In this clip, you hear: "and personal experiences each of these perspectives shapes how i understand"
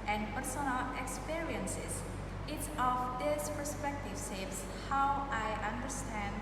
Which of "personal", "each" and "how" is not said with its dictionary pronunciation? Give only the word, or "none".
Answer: each